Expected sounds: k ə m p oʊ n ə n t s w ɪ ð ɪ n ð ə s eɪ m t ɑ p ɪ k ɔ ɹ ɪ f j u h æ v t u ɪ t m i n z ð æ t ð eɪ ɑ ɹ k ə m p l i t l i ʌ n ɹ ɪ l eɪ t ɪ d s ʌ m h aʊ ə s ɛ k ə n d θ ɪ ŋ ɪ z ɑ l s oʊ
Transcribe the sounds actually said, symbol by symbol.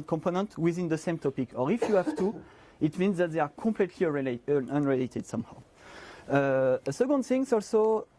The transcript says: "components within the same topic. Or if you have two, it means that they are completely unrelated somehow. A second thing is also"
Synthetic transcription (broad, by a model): k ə m p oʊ n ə n t w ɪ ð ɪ n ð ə s eɪ m t ɑ p ɪ k ɔ ɹ ɪ f j u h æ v t u ɪ t m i n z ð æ t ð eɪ ɑ ɹ k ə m p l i t l i ʌ n ɹ ɪ l eɪ t ɪ d s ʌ m h aʊ ə s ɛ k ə n d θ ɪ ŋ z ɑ l s oʊ